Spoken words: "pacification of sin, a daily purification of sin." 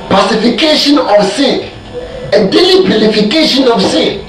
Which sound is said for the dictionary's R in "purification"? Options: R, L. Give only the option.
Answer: L